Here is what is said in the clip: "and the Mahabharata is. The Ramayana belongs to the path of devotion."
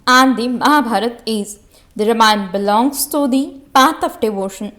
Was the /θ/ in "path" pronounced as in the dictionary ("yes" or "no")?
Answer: no